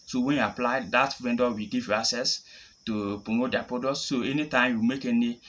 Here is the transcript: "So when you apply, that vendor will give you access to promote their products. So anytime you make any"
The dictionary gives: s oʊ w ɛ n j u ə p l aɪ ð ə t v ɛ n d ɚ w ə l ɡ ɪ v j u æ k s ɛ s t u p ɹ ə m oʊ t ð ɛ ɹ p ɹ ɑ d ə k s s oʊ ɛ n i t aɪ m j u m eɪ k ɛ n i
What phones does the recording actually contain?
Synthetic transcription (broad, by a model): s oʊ w ɛ n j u ə p l aɪ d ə t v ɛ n d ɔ w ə ɡ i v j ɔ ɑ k s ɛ s t u p ɹ ə m oʊ t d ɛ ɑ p ɑ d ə s s oʊ ɛ n i t aɪ m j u m eɪ k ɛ n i